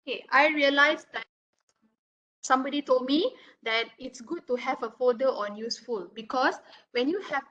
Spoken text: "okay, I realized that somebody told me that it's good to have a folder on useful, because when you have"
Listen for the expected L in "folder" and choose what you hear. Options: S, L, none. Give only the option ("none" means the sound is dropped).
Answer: none